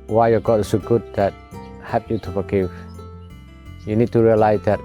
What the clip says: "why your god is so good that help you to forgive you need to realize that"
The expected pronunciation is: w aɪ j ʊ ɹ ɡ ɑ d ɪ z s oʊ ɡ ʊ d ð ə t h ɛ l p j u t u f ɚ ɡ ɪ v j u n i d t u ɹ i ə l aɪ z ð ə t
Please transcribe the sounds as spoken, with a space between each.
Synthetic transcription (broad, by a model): w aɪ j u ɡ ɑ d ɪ s oʊ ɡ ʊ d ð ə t h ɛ p j u t u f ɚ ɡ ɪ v j u n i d t u ɹ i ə l aɪ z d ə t